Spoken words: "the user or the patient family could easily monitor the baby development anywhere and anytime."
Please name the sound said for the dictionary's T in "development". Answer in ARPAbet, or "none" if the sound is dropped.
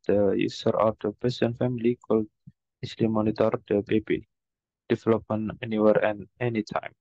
none